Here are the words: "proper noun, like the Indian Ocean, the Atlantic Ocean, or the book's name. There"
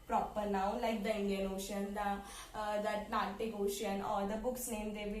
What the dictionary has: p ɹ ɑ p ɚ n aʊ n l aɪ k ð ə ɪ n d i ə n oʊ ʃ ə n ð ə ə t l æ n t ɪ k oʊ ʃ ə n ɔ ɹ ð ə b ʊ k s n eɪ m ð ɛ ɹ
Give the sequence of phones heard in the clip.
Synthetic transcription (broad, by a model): p ɹ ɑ p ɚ n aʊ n l aɪ k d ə ɪ n d i ə n oʊ ʃ ə n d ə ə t n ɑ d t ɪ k oʊ ʃ ə n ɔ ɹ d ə b ʊ k s n eɪ m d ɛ